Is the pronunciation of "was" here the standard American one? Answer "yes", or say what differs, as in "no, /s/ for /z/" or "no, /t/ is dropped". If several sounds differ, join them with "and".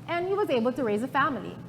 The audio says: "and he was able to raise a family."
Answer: yes